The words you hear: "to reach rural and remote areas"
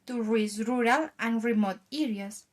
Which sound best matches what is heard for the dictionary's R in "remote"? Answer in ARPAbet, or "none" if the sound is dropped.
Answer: R